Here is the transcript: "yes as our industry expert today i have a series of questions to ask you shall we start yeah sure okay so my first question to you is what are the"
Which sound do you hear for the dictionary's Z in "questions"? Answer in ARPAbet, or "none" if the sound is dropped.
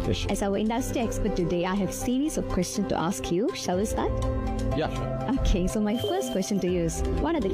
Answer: none